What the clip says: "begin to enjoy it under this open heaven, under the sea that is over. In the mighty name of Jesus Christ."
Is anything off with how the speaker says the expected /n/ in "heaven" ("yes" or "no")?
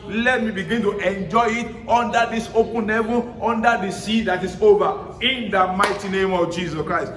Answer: yes